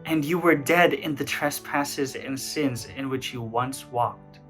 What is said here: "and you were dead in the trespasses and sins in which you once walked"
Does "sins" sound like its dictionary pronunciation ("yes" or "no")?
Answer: yes